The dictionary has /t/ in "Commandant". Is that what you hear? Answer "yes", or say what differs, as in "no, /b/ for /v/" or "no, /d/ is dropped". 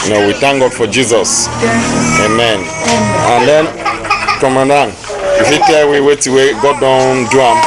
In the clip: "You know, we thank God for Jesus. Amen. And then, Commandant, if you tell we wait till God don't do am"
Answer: no, /t/ is dropped